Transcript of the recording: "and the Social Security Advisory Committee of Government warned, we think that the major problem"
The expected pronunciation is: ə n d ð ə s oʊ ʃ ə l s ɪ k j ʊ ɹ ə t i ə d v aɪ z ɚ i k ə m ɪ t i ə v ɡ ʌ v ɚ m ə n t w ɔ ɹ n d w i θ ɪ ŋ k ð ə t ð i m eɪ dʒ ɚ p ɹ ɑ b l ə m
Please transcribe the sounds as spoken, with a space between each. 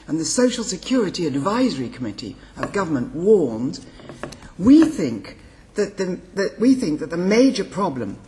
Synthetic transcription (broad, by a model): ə n ð ə s oʊ ʃ l s ɪ k j ʊ ɹ ə t i ə d v aɪ z ɚ i k ə m ɪ t i ə v ɡ ʌ v ɚ m ə n t w ɔ ɹ n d w i θ ɪ ŋ k ð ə t ð i m eɪ dʒ ɚ p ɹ ɑ b l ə m